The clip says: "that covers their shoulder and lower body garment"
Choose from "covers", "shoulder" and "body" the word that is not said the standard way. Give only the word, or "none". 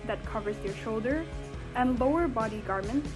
none